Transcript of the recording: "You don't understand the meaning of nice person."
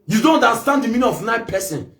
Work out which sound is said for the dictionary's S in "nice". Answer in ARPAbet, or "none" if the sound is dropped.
none